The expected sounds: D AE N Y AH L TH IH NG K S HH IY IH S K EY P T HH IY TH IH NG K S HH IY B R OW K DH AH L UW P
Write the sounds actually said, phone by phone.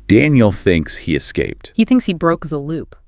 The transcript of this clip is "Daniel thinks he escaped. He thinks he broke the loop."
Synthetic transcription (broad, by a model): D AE N Y L TH IH NG K S HH IY IH S K EY P T HH IY TH IH NG K S HH IY B R OW K DH AH L UW P